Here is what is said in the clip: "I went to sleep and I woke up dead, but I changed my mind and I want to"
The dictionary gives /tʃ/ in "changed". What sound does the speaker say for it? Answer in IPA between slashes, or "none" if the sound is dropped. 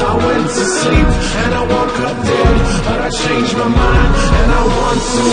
/ʃ/